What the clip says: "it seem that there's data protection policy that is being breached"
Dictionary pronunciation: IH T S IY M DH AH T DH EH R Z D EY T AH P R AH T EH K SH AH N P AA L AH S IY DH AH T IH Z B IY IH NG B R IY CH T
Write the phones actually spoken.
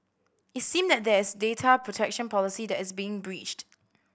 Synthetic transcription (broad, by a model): IH T S IY M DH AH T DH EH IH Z D EY T AH P R AH T EH K SH AH N P AA L AH S IY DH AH T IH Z B IY IH NG B R IY CH T